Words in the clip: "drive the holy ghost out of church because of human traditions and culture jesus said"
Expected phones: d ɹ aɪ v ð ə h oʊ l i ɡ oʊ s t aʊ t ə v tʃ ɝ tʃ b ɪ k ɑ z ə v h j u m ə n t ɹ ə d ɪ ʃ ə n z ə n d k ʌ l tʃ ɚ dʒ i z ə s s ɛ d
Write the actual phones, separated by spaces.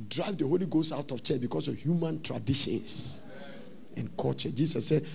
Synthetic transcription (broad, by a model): d ɹ aɪ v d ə h oʊ l i ɡ oʊ s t aʊ t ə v tʃ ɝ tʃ b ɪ k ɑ s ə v h j u m ə n t ɹ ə d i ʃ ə n s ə n k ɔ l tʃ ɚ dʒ i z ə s s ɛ d